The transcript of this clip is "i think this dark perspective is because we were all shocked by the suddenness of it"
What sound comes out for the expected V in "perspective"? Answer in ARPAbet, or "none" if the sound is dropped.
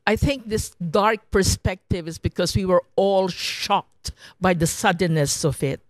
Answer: V